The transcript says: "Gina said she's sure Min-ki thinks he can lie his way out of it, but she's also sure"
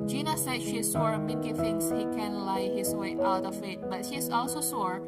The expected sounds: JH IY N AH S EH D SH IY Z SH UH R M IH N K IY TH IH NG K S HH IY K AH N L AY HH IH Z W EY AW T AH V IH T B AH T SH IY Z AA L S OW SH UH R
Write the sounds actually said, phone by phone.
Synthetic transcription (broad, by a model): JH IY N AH S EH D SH IY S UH R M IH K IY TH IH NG S HH IY K AH N L AY HH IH S W EY AW T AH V IH T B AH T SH IY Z AA L S OW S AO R